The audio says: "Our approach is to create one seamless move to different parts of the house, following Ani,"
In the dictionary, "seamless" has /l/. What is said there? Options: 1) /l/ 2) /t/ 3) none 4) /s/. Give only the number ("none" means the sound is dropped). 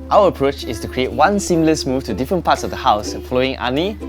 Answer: 1